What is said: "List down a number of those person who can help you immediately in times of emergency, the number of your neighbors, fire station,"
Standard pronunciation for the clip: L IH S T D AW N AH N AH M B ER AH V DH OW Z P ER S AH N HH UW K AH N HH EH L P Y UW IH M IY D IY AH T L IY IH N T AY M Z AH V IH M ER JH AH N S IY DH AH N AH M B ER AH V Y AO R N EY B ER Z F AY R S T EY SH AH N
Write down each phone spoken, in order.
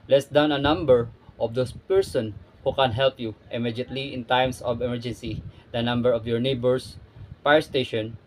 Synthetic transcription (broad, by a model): L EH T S D AW N AH N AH M B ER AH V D OW S P ER S AH N HH UW K AH N HH EH L P Y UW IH M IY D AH T L IY IH N T AY M S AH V IH M ER JH AH N S IY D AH N AH M B ER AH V Y AO R N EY B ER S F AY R S T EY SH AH N